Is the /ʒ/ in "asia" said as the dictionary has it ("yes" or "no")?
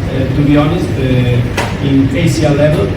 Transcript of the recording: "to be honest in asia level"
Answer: no